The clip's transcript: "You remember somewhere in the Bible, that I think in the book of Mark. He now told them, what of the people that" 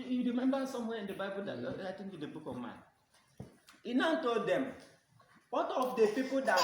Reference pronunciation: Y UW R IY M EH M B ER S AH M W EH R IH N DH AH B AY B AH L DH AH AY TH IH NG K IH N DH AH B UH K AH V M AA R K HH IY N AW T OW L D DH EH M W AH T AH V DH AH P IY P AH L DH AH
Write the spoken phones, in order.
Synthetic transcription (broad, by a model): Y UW R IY M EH M B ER S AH M W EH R IH N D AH B AY B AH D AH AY T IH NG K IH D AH B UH K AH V M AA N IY N AW T OW L D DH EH M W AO T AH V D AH P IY P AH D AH